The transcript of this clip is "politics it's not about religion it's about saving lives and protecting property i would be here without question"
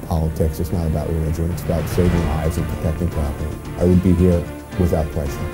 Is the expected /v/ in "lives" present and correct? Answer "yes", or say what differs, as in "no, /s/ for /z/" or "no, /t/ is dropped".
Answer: no, /v/ is dropped